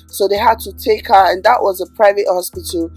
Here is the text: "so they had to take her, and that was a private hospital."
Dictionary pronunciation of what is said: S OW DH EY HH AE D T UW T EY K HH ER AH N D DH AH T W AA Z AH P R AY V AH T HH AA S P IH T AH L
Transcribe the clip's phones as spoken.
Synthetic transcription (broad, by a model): S OW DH EY HH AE D T UW T EY K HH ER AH N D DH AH T W AA Z AH P R AY V AH T HH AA S P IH T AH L